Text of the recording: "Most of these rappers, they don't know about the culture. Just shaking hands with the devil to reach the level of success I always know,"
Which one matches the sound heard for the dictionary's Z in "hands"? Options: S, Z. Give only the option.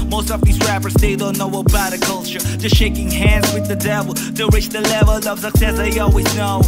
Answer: Z